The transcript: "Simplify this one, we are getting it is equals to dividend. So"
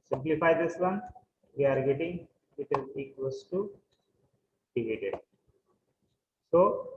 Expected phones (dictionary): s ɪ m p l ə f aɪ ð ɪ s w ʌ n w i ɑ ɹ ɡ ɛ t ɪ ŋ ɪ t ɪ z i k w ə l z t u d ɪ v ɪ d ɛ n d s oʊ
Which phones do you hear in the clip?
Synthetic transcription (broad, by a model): s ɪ m p l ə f aɪ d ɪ s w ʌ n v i ɑ ɹ ɡ ɛ t ɪ ŋ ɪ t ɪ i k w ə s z t u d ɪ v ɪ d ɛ d s oʊ